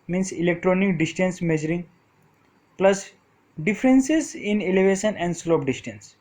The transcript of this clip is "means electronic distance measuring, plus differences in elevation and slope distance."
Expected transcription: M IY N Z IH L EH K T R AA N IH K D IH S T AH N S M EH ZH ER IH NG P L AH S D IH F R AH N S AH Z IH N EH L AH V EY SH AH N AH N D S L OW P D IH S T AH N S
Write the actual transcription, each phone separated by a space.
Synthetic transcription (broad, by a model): M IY N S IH L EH K T R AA N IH K D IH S T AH N S M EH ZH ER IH NG P L AH S D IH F R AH N S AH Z IH N EH L AH V EY SH AH N AH N D S L OW P D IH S T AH N S